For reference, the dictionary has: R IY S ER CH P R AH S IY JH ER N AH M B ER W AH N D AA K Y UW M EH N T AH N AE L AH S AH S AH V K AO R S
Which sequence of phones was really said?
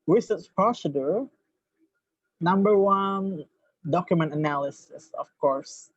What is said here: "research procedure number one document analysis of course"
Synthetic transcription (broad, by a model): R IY S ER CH P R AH S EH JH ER N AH M B ER W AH N D AA K Y UW M EH N T AH N AE L AH S AH S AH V K AO R S